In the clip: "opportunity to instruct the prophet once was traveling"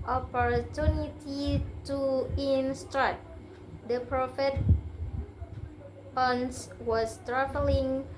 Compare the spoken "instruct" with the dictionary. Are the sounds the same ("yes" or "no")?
no